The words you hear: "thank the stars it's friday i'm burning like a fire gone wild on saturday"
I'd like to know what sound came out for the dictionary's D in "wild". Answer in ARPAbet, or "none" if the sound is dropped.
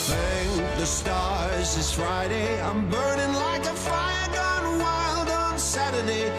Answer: D